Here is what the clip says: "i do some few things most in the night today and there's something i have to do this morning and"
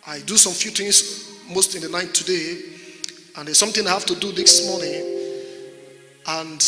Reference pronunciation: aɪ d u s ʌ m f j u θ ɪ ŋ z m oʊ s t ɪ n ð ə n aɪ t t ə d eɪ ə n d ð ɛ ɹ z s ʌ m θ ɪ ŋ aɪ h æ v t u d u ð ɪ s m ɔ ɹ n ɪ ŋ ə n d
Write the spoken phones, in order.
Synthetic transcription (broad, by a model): aɪ d u s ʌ m f j u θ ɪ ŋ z m oʊ s t ɪ n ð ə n aɪ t t ə d eɪ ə n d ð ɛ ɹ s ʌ m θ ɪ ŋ aɪ h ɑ f t u d u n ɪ s m ɔ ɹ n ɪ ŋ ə n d